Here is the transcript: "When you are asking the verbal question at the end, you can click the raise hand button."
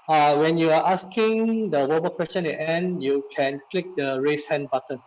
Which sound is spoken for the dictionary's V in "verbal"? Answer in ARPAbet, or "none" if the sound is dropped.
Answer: W